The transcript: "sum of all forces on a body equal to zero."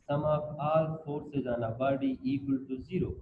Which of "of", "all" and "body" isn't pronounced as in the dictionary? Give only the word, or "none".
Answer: of